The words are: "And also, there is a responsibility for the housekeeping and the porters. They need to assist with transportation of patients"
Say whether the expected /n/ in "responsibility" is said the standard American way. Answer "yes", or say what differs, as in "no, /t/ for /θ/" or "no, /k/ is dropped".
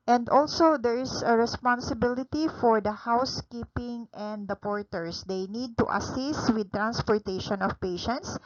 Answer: yes